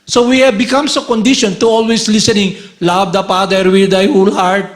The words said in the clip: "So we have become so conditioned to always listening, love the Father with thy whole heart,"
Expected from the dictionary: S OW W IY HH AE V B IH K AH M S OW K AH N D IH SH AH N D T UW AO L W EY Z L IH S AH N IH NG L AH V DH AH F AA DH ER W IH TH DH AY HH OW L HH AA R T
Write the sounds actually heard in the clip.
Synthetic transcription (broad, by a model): S OW W IY HH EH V B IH K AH M S OW K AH N D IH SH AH N T UW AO L W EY S L IH S AH N IH NG L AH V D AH P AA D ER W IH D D AY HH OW L HH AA R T